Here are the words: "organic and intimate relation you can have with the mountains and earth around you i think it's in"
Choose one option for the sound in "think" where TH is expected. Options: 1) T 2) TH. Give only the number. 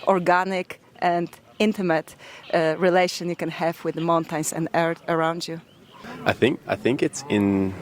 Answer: 2